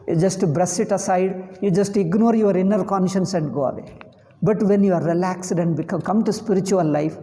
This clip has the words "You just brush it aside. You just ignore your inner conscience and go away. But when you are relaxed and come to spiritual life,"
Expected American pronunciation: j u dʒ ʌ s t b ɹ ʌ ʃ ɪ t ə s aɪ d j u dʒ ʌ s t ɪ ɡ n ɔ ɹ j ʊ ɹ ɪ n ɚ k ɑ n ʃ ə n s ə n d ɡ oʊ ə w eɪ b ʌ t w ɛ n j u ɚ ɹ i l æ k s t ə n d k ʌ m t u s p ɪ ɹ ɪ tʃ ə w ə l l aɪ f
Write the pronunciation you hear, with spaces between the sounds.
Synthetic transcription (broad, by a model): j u dʒ ʌ s t b ɹ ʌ s ɪ t ə s aɪ d j u dʒ ʌ s t ɪ ɡ n ɔ ɹ j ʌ ɹ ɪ n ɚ k ɑ n ʃ ə n s ə n d ɡ oʊ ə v eɪ b ʌ t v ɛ n j u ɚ ɹ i l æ k s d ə n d k ʌ m t u s p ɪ ɹ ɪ tʃ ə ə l l aɪ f